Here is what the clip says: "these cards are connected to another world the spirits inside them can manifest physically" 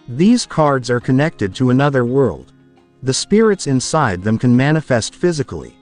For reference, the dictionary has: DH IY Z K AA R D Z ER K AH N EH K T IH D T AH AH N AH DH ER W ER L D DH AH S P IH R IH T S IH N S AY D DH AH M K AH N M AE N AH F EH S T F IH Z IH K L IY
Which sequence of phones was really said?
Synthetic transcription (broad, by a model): DH IY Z K AA R D Z ER K AH N EH K T IH D T AH AH N AH DH ER W ER L D DH AH S P IH R IH T S IH N S AY D DH AH M K AH N M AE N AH F EH S T F IH Z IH K L IY